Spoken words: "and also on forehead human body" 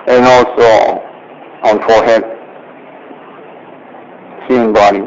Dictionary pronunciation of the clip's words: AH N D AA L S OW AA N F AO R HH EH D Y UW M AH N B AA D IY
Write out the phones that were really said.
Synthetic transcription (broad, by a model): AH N AA L S OW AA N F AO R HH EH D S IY AH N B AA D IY